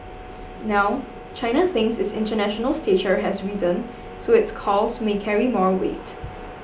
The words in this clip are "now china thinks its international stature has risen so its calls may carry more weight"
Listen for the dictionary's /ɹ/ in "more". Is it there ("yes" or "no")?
yes